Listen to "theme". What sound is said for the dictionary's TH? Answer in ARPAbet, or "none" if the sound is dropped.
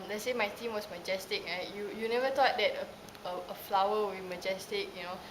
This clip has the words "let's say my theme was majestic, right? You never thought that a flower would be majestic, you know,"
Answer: T